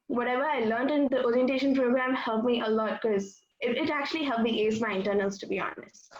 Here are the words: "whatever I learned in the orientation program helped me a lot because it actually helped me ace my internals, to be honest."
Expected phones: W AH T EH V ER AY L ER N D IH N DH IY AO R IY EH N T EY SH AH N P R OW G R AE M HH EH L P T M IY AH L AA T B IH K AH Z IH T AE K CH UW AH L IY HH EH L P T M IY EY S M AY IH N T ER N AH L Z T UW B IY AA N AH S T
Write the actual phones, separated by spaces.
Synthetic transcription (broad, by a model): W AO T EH V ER AY L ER N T IH N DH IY AO R IY EH N T EY SH AH N P R OW G R AE M HH EH L P M IY AH L AA T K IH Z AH IH T AE K CH UW AH L IY HH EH L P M IY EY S M AY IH N T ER N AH L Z T UW B IY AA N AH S